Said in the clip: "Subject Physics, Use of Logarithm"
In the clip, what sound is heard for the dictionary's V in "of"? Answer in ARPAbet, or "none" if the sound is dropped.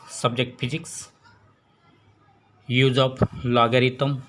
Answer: P